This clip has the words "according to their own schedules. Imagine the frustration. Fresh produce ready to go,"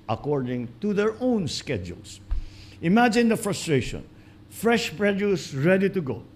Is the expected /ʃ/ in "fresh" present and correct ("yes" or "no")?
yes